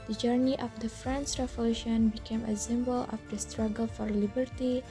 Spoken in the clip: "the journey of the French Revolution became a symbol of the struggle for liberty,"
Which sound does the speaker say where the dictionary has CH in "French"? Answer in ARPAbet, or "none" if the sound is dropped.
S